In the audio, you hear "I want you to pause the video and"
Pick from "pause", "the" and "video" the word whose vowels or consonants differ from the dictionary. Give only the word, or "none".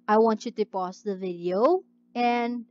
pause